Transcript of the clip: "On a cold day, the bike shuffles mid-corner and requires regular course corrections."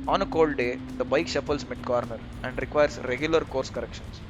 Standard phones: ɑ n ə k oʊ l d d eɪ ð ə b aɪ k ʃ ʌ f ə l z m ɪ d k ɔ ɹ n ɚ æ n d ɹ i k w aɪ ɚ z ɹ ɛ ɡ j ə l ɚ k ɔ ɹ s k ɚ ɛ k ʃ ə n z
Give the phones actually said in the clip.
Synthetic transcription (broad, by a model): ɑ n ə k oʊ l d d eɪ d ə b aɪ k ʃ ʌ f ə l s m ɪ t k ɔ ɹ n ɚ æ n d ɹ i k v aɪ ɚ s ɹ ɛ ɡ j ə l ɚ k ɔ ɹ s k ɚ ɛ k ʃ ə n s